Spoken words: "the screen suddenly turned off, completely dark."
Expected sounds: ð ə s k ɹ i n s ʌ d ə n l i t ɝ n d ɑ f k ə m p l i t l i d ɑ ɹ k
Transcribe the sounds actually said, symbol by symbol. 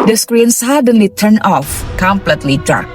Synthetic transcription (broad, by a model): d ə s k ɹ i n s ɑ d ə n l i t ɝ n ɑ f k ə m p l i t l i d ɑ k